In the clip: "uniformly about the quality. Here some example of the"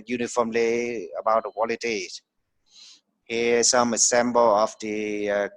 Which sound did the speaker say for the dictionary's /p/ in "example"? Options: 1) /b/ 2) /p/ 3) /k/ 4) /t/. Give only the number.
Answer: 1